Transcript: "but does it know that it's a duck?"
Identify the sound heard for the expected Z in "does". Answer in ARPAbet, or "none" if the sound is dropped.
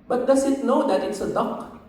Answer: S